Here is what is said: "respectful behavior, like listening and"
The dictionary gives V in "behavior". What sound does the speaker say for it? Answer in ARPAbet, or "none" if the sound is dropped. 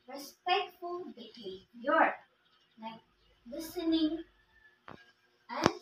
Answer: none